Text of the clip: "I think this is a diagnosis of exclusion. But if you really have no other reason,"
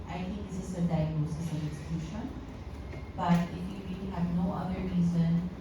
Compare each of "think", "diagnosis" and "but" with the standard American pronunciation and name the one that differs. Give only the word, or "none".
think